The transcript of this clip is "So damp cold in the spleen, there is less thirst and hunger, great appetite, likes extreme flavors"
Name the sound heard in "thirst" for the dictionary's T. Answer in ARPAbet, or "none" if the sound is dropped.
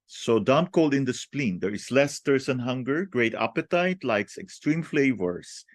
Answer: none